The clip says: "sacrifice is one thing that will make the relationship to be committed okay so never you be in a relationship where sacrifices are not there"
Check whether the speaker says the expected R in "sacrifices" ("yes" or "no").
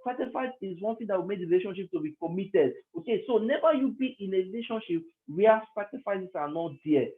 no